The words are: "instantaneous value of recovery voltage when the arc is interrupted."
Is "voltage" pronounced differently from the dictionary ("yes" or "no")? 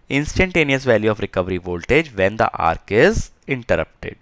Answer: no